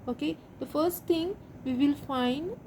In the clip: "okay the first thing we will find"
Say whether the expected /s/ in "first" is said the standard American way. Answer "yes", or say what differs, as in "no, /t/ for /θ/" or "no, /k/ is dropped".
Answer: yes